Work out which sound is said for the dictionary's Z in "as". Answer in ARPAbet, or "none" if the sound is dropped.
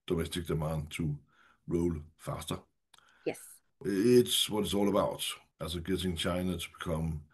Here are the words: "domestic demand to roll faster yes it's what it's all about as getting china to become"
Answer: S